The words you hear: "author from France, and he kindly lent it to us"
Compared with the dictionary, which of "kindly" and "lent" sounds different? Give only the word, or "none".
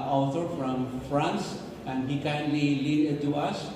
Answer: lent